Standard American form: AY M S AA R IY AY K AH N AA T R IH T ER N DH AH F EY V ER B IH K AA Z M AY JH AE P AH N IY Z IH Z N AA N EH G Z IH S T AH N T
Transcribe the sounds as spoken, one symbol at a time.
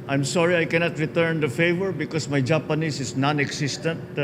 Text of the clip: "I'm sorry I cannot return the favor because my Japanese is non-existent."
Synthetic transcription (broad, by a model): AY M S AA R IY AY K AH N AA T R IH T ER N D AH F EY V ER B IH K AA S M AY JH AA P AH N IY S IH S N AA N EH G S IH S T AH N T